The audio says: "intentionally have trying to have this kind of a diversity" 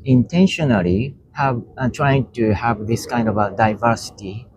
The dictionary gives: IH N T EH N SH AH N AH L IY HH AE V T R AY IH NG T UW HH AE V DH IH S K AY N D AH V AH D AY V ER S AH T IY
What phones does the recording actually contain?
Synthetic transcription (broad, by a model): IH N T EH N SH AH N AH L IY HH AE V T R AY IH NG T UW HH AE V DH IH S K AY N D AH V AH D AY V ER S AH T IY